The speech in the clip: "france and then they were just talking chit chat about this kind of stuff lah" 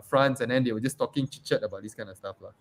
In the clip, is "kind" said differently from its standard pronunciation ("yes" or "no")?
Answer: yes